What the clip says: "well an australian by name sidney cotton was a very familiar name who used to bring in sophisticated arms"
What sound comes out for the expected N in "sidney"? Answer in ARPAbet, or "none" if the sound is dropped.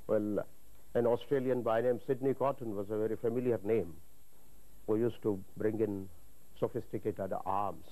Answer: N